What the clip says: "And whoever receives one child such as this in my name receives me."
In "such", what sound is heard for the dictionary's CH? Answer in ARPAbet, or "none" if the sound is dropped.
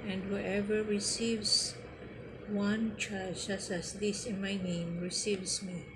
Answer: S